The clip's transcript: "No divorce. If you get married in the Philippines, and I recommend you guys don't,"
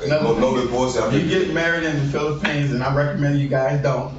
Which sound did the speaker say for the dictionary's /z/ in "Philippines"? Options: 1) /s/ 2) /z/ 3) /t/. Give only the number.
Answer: 2